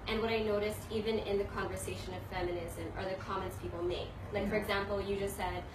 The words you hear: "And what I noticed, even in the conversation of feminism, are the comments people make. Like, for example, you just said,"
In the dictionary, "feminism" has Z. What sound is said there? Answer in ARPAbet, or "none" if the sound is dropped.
Z